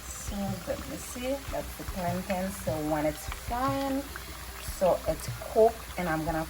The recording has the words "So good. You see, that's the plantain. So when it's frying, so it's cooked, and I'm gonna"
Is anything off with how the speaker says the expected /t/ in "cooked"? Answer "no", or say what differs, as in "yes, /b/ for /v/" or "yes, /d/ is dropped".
yes, /t/ is dropped